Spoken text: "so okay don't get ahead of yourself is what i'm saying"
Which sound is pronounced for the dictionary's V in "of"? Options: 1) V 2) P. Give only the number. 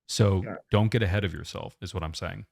1